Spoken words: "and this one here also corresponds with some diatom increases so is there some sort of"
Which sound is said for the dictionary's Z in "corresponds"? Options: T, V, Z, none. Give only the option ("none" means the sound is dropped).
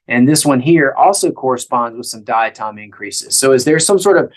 Z